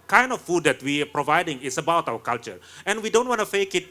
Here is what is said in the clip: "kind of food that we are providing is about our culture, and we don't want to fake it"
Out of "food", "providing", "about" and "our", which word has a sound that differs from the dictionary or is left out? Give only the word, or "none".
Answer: our